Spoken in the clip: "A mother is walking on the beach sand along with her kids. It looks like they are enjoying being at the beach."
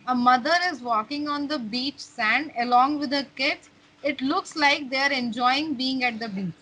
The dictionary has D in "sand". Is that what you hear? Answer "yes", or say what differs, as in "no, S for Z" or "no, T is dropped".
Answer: yes